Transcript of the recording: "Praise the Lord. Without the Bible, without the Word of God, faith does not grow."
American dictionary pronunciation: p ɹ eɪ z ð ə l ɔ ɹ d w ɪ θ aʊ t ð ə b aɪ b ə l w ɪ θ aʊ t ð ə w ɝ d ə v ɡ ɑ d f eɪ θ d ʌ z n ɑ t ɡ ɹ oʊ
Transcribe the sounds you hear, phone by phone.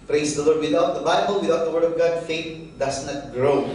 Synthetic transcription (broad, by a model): p ɹ eɪ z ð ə l ɔ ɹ d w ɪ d aʊ t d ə b aɪ b ə l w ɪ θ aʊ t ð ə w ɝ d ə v ɡ ɑ d f eɪ t d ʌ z n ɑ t ɡ ɹ oʊ